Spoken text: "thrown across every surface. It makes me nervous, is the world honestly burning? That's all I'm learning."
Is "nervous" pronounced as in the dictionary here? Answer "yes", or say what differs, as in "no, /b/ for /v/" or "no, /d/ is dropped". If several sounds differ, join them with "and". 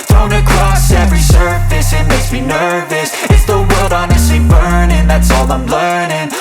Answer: yes